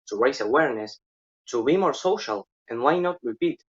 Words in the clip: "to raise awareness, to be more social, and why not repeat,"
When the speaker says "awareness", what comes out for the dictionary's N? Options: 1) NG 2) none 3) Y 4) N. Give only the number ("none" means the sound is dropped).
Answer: 4